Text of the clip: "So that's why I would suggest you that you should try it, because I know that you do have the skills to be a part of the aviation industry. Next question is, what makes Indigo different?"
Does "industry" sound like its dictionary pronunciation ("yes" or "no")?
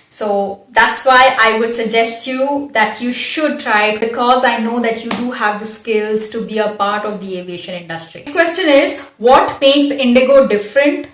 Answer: yes